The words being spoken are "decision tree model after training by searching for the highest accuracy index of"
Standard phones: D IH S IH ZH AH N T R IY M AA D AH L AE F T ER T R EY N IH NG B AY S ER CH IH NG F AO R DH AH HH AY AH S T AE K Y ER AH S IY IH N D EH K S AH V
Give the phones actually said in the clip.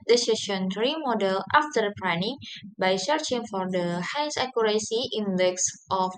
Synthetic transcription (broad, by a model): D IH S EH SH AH N T R IY M AA D AH L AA F T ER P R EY N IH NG B AY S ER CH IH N F AO R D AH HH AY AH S AA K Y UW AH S IY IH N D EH K S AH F